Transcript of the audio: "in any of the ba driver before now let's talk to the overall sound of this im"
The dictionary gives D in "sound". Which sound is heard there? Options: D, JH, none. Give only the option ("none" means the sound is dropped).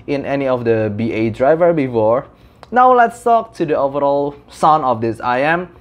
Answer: none